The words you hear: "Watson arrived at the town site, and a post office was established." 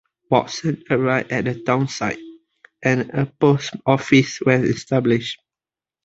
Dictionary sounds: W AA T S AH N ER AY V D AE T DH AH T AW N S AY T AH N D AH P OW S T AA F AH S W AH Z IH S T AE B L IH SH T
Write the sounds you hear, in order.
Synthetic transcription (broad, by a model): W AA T S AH N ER AY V EH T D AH T AW N S AY T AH N AH P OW S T AA F AH S W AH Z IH S T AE B L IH SH T